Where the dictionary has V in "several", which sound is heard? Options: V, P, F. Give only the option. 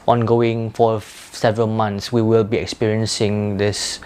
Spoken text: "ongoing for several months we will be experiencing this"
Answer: V